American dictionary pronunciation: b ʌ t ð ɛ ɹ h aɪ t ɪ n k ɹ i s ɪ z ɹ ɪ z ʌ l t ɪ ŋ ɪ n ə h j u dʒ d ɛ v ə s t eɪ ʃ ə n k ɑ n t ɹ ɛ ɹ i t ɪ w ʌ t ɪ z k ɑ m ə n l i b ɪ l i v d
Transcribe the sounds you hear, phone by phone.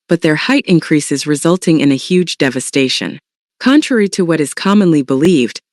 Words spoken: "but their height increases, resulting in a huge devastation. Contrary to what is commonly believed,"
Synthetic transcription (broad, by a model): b ʌ t ð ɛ ɹ h aɪ t ɪ n k ɹ i s ɪ z ɹ ɪ z ʌ l t ɪ ŋ ɪ n ə h j u dʒ d ɛ v ə s t eɪ ʃ ə n k ɑ n t ɹ ɛ ɹ i t ɪ w ʌ t ɪ z k ɑ m ə n l i b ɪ l i v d